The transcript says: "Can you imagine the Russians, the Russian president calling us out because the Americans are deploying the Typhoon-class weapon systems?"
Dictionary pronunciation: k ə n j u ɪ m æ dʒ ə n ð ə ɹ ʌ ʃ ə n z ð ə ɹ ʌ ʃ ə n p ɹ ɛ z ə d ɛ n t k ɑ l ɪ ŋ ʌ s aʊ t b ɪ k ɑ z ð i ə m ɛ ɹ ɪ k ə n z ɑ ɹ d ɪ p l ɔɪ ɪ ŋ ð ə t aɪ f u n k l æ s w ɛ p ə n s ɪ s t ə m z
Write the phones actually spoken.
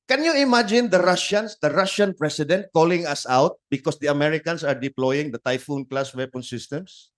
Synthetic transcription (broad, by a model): k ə n j u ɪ m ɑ dʒ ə n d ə ɹ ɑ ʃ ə n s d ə ɹ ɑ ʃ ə n p ɹ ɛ s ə d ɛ n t k ɑ l ɪ ŋ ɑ s aʊ t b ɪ k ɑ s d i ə m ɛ ɹ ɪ k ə n s ɑ ɹ d ɪ p l ɔɪ ɪ ŋ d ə t aɪ f u n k l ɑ s w ɛ p ə n s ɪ s t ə m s